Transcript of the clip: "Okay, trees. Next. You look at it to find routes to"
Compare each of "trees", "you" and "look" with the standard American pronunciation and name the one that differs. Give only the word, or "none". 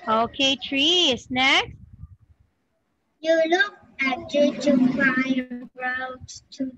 trees